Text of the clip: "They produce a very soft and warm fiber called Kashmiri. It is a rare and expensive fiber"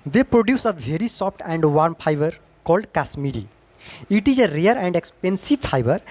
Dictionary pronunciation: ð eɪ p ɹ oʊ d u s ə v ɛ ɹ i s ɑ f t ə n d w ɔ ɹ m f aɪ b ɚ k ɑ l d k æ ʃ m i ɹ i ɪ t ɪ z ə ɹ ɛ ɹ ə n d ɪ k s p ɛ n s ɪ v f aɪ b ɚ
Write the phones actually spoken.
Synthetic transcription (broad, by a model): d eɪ p ɹ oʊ d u s ə v ɛ ɹ i s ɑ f t ə n d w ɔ ɹ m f aɪ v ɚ k ɑ l d k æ s m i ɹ i ɪ t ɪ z ə ɹ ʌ ɹ ə n d ɪ k s p ɛ n s ɪ v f aɪ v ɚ